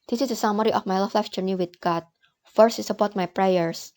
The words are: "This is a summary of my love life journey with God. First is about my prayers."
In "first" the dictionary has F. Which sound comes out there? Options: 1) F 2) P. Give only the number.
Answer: 1